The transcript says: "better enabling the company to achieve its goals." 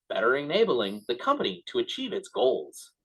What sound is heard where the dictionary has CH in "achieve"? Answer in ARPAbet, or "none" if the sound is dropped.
CH